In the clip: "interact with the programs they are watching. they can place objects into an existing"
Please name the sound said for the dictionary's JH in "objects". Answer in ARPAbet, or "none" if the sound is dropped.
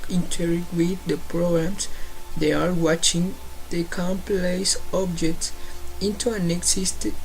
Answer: JH